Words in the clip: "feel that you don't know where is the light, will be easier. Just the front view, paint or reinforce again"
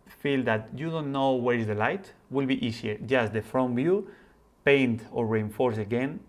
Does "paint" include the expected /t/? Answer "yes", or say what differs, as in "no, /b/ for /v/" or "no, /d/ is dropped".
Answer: yes